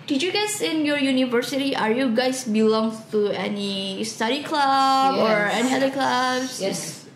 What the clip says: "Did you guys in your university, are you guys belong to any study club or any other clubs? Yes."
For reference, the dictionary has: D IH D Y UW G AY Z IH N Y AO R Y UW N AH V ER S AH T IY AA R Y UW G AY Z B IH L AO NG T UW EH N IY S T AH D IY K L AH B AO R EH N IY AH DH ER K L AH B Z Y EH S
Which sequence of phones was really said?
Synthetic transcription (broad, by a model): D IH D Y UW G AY S IH N Y AO R Y UW N AH V ER S AH T IY AA R Y UW G AY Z B IH L AO NG T UW EH N IY S T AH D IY K L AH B AO R EH N IY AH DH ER K L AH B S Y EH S